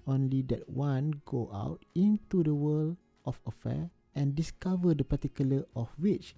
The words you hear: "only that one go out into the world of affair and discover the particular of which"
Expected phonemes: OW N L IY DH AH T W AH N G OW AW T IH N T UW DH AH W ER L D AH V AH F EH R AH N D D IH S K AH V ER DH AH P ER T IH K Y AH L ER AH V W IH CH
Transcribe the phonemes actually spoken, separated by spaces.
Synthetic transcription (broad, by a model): OW N L IY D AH T W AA N G OW AW T IH N T UW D AH W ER L AH F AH F EH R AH N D D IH S K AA V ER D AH P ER T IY K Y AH L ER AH F W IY CH